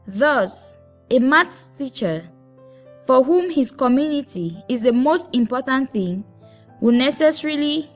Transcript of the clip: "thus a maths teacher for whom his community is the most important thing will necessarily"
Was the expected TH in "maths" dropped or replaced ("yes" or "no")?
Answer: yes